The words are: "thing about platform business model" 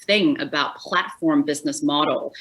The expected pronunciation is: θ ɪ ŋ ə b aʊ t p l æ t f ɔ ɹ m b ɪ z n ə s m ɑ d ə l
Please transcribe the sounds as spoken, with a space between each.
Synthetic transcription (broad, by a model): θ ɪ ŋ ə b aʊ t p l æ t f ɔ ɹ m b ɪ z n ə s m ɑ d l